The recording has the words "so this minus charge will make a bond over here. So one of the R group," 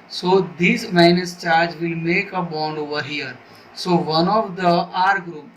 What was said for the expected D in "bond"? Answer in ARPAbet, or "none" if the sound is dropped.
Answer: D